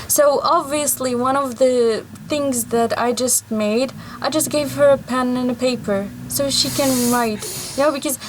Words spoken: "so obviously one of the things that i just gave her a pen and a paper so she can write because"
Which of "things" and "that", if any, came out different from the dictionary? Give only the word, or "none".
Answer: none